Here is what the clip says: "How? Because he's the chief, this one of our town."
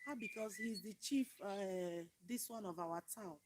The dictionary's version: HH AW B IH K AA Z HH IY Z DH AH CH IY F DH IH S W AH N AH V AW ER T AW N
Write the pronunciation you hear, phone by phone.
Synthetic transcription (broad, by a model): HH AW B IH K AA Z HH IY Z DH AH CH IY F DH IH S W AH N AH V AW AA T AW N